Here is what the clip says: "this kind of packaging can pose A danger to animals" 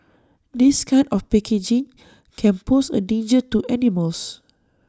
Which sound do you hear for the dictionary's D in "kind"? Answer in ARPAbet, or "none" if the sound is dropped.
none